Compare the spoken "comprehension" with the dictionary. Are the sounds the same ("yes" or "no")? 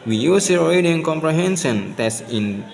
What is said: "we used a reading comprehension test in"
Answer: no